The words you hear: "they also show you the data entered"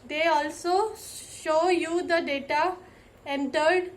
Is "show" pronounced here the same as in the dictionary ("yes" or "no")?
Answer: yes